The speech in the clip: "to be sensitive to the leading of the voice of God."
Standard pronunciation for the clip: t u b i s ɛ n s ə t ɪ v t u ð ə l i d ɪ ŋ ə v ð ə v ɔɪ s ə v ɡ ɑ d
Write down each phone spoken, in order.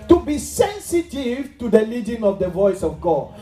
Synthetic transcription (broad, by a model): t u b i s ɛ n s ə t ɪ v t u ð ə l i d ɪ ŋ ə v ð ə v ɔɪ s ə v ɡ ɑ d